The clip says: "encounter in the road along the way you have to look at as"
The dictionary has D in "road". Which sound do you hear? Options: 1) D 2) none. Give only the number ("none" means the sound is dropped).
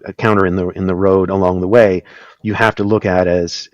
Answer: 1